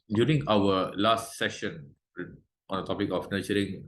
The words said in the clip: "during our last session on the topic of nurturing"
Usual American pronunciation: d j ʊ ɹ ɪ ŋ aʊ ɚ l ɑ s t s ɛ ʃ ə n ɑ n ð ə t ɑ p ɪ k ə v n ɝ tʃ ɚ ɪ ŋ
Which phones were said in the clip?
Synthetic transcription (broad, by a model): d j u ɹ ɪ ŋ aʊ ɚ l ɑ s t s ɛ ʃ ə n ɑ n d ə t ɑ p ɪ k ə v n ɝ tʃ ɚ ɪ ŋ